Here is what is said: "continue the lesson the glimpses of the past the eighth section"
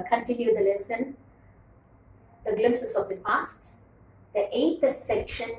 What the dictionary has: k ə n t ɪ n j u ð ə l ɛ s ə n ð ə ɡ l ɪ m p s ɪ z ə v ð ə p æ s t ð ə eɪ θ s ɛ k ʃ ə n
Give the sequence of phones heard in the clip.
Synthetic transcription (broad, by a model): k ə n t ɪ n j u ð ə l ɛ s ə n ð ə ɡ l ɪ m s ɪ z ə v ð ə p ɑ s t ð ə eɪ t s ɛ k ʃ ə n